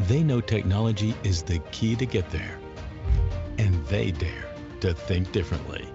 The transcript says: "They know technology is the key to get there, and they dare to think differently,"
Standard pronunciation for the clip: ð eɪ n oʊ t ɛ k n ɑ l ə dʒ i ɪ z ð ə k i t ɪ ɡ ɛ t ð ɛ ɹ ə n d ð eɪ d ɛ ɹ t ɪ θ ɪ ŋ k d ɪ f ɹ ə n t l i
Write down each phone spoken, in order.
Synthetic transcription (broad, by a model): ð eɪ n oʊ t ɛ k n ɑ l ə dʒ i ɪ z ð ə k i t ɪ ɡ ɛ t ð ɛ ɹ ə n ð eɪ d ɛ ɹ t ɪ θ ɪ ŋ k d ɪ f ɹ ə n t l i